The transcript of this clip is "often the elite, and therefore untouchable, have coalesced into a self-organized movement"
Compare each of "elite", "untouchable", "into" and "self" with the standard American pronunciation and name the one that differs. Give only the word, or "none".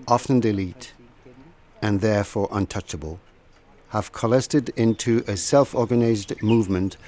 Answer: none